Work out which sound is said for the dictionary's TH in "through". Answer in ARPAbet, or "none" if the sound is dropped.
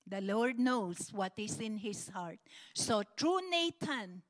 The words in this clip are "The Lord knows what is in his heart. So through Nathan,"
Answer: T